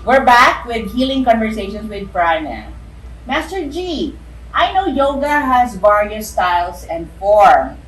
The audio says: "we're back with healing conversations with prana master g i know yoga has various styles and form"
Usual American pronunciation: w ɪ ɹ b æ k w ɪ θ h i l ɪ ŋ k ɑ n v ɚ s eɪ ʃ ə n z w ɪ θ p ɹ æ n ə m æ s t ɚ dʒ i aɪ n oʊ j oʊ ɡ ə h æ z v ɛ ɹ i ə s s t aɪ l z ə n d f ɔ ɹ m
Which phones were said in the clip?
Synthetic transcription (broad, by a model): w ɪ ɹ b æ k w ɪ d h i l ɪ ŋ k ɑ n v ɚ s eɪ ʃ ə n s w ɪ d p ɹ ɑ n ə m æ s t ɚ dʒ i aɪ n oʊ j oʊ ɡ ə h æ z b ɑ ɹ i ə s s t aɪ l s ə n d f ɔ ɹ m